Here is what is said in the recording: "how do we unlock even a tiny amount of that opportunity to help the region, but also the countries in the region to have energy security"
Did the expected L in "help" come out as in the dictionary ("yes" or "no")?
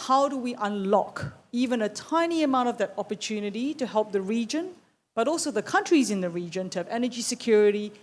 yes